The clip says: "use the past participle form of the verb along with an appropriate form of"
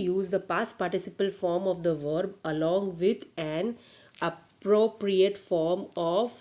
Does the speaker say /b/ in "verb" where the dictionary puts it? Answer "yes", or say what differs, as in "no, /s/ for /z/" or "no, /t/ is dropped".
yes